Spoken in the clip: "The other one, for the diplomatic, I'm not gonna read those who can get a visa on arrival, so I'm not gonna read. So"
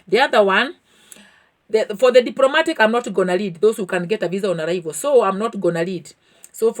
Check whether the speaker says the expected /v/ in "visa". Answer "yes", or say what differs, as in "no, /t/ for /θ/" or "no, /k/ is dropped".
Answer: yes